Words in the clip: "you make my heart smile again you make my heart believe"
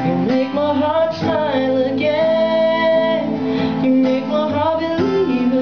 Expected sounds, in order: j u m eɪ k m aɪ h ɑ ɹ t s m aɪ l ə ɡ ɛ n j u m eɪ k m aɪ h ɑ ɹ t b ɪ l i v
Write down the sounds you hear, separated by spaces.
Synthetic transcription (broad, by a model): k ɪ m eɪ k m aɪ h ɑ ɹ t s aɪ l ə ɡ ɛ n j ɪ m eɪ k m aɪ h ɑ ɹ t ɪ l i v